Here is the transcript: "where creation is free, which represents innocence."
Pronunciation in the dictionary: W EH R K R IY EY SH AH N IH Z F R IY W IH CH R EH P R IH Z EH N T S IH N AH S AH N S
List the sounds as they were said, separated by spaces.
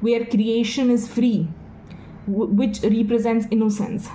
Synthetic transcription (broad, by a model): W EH R K R IY EY SH AH N IH Z F R IY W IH CH R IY P R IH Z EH N T S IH N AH S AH N S